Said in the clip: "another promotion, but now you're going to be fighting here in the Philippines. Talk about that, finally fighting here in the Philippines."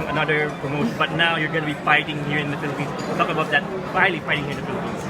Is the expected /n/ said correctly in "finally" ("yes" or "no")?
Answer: no